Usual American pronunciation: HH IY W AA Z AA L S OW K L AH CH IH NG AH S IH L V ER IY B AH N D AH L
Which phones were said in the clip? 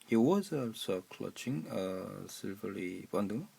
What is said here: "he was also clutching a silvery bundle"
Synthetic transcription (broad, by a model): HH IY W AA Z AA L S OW K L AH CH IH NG AH S IH L V ER IY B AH N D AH